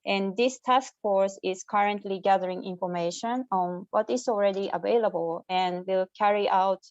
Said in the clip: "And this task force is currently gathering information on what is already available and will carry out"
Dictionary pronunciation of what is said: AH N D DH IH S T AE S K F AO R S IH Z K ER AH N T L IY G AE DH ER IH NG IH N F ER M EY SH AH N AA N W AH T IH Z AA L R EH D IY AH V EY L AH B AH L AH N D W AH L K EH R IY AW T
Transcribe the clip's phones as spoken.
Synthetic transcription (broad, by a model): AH N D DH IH S T AE S K F AO R S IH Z K ER AH N T L IY G AE DH ER IH NG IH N F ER M EY SH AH N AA N W AH T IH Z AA L R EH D IY AH V EY L AH B AH L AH N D W AH L K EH R IY AW T